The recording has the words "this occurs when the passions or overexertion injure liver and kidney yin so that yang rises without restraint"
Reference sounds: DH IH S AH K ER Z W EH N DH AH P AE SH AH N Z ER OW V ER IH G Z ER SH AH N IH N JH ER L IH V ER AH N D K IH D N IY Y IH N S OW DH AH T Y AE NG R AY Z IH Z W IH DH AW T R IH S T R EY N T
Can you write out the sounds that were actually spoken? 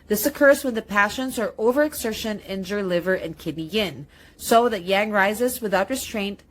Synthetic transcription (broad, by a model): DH IH S AH K ER Z W EH N DH AH P AE SH AH N Z ER OW V ER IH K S ER SH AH N IH N JH ER L IH V ER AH N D K IH D N IY Y IH N S OW DH AH T Y AE NG R AY Z IH Z W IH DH AW T R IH S T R EY N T